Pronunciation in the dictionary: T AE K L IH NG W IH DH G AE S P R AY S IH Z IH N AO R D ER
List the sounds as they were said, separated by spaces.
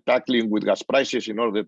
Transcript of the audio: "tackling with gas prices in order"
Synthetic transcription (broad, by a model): T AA K L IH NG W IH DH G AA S P R AY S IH S IH N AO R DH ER